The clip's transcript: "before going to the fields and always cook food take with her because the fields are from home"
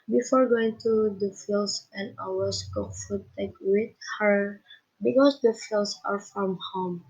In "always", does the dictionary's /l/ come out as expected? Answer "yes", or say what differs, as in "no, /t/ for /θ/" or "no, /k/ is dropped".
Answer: no, /l/ is dropped